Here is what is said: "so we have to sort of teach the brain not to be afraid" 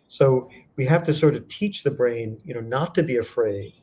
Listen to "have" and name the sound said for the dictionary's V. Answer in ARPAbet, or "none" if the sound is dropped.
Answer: F